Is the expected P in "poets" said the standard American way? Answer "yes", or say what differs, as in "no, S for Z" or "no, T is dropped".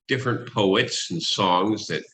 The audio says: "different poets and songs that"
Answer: yes